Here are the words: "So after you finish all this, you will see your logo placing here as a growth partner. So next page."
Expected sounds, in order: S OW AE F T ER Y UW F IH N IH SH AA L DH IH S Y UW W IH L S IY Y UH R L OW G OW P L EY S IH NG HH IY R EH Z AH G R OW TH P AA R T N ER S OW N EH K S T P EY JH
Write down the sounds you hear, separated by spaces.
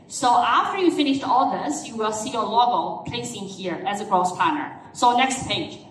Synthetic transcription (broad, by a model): S OW AE F T ER Y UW F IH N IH SH AA L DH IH S Y UW W IH L S IY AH L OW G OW P L EY S IH NG HH IY R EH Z AH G R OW S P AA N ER S OW N EH K S T P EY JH